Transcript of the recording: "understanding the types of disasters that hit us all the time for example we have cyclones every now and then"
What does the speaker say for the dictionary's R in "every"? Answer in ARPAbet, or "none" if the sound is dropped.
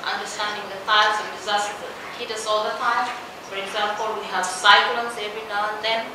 none